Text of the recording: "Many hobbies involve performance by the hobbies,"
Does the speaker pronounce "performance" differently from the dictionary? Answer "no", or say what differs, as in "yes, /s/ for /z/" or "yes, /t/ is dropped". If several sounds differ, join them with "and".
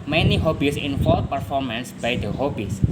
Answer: no